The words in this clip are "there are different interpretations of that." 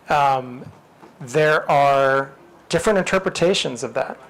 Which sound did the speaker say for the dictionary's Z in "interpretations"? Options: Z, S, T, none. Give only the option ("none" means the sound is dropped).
Z